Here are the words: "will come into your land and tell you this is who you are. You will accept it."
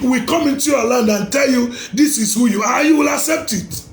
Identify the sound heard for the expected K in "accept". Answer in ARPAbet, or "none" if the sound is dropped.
K